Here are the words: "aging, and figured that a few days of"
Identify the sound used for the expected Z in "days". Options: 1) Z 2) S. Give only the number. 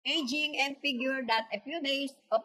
2